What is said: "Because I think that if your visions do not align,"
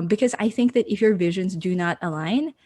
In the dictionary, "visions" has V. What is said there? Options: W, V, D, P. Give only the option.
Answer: V